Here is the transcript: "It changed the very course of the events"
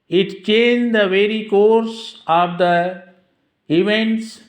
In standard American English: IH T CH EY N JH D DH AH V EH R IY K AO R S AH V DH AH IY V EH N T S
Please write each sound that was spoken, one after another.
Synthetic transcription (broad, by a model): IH T CH EY N JH D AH V EH R IY K AO R S AH V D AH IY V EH N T S